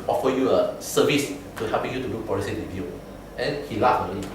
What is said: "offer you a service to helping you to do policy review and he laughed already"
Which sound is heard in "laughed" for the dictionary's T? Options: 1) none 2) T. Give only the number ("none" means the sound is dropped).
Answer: 1